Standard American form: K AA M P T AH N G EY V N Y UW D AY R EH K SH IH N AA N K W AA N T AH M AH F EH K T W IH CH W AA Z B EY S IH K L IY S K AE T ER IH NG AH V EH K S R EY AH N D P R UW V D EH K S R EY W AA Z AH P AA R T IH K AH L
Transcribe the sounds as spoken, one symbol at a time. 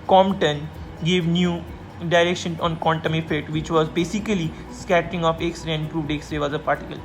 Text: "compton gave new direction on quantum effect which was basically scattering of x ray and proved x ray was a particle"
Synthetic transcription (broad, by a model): K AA M T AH N G EY V N Y UW D AY R EH K SH IH N AA N K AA N T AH M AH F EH T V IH CH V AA Z B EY S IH K L IY S K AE T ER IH NG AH F EH K S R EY AH N D P R UW V D EH K S R EY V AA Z AH P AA R T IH K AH L